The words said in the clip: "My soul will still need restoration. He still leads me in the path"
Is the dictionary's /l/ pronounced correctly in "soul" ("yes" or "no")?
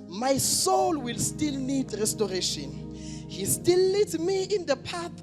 yes